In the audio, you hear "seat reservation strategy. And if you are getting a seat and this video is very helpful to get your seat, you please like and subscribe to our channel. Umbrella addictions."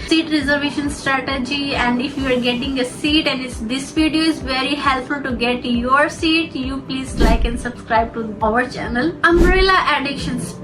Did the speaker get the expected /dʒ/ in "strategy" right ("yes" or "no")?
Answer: yes